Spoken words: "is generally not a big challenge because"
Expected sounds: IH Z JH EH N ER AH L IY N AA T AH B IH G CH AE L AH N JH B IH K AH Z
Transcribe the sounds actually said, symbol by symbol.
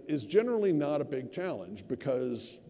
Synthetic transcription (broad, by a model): IH Z JH EH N ER L IY N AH T AH B IH G CH AE L AH N JH B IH K AH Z